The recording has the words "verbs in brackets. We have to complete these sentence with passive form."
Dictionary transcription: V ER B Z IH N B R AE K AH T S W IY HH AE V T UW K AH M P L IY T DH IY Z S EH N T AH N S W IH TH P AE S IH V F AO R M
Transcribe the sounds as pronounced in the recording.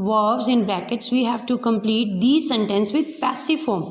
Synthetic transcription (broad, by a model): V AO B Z IH N B L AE K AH T S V IY HH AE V T UW K AH M P L IY T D IY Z S EH N T AH N S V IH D P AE S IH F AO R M